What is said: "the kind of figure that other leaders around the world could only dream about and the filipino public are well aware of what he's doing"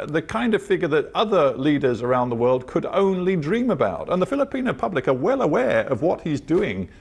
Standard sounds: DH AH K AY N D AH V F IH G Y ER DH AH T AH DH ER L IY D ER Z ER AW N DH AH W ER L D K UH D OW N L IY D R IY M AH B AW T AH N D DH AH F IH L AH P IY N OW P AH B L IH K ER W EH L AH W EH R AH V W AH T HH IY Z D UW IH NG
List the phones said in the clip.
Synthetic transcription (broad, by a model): DH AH K AY N D AH V F IH G Y ER DH AH T AH DH ER L IY D ER Z ER AW N DH AH W ER L D K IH D OW N L IY D R IY M AH B AW T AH N DH AH F IH L AH P IY N OW P AH B L IH K ER W EH L AH W EH R AH V W AH T HH IY Z D UW IH NG